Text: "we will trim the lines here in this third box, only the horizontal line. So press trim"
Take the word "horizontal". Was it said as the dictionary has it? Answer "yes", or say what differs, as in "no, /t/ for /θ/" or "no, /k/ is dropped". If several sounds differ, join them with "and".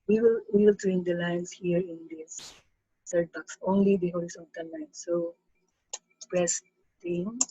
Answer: no, /l/ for /ɹ/ and /s/ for /z/ and /n/ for /l/